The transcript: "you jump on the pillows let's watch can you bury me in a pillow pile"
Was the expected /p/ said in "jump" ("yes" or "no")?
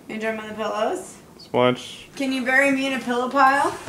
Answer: no